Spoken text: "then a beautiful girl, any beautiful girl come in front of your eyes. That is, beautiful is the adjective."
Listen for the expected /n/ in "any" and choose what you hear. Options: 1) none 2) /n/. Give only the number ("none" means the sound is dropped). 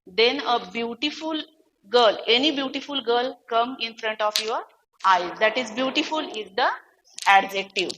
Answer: 2